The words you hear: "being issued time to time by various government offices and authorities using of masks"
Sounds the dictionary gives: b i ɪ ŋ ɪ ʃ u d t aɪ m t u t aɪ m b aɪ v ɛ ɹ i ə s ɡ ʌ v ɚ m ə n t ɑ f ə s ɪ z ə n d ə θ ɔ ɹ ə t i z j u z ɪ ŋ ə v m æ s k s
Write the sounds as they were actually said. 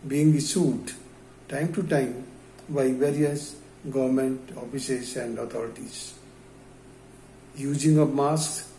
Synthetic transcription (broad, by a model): b i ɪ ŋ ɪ s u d t aɪ m t u t aɪ m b aɪ v ɛ ɹ i ə s ɡ ʌ v ɚ m ə n t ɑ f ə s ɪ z ə n d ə t ɔ ɹ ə t i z j u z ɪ ŋ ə m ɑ s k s